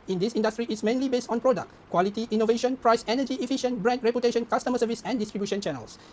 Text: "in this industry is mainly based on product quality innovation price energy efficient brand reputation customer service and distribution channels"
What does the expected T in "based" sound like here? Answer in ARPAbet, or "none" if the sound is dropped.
T